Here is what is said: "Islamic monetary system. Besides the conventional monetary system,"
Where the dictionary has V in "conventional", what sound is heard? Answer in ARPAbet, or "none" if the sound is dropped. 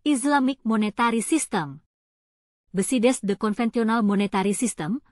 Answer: F